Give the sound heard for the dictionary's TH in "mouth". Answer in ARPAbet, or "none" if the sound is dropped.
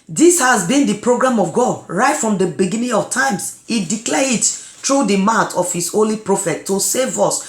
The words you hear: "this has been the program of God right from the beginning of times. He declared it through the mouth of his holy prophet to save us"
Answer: T